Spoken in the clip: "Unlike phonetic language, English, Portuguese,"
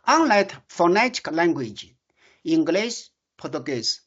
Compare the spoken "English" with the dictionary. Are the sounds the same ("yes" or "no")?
no